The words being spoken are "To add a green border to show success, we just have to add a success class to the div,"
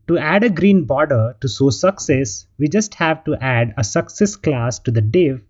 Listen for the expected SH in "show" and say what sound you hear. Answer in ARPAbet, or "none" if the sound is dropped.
S